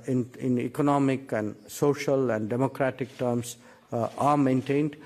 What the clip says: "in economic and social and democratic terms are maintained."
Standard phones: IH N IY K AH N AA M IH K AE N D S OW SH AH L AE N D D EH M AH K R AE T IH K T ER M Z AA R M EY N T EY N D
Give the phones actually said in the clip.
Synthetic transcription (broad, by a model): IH N IY K AH N AA M IH K AE N D S OW SH AH L AE N D D EH M AH K R AE T IH K T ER M S AA R M EY N T EY N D